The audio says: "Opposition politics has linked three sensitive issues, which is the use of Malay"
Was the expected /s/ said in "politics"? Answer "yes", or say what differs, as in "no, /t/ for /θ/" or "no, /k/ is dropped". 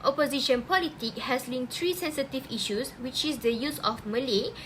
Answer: no, /s/ is dropped